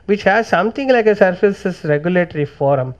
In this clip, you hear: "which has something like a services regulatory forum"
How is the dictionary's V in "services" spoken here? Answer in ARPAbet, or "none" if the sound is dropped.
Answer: F